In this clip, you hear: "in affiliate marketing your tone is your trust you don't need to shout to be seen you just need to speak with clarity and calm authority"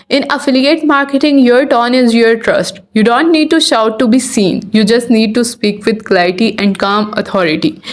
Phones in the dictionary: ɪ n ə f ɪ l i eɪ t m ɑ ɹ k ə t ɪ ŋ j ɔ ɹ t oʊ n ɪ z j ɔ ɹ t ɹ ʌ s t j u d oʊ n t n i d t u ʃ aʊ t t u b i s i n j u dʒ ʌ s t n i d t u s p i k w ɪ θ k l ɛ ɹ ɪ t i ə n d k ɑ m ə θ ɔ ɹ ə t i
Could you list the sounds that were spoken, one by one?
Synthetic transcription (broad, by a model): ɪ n ə f ɪ l i eɪ t m ɑ ɹ k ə t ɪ ŋ j ɔ ɹ t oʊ n ɪ z j ɔ ɹ t ɹ ʌ s t j u d oʊ n t n i d t u ʃ aʊ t t u b i s i n j u dʒ ʌ s t n i d t u s p i k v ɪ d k l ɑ ɪ t i ə n d k ɑ m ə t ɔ ɹ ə t i